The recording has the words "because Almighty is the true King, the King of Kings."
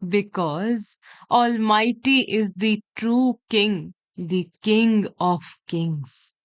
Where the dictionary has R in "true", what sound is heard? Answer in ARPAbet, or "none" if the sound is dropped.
R